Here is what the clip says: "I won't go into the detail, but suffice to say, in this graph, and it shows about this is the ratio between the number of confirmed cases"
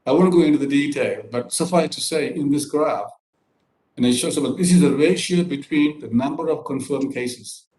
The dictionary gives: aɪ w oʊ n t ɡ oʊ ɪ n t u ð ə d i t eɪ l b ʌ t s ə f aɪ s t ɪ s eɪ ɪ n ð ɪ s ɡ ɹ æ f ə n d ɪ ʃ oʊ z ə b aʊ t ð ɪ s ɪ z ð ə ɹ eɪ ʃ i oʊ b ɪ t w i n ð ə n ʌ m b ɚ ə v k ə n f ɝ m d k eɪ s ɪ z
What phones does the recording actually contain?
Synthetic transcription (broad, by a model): aɪ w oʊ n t ɡ oʊ ɪ n t u ð ə d i t eɪ l b ʌ t s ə f aɪ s t ɪ s eɪ ɪ n ð ɪ s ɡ ɹ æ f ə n ɪ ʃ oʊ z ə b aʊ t ð ɪ s ɪ z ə ɹ eɪ ʃ i oʊ b ɪ t w i n ð ə n ʌ m b ɚ ə v k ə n f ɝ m k eɪ s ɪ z